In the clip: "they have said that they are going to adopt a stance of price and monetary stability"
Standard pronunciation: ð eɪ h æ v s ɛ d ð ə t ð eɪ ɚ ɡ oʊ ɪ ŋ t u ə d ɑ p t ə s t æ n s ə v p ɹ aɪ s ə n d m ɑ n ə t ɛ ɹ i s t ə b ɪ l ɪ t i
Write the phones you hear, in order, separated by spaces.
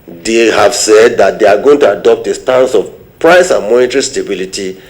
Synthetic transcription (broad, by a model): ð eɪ h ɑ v s ɛ d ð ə t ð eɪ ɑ ɡ oʊ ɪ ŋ t u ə d ɑ p t ə s t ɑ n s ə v p ɹ aɪ s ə n m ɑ n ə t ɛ ɹ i s t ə b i l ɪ t i